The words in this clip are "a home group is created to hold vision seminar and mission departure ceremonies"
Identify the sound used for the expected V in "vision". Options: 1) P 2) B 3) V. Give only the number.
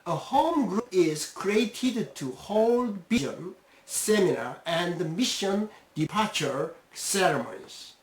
2